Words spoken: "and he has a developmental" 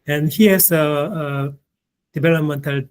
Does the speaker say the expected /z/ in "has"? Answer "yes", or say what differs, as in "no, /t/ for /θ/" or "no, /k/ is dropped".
no, /s/ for /z/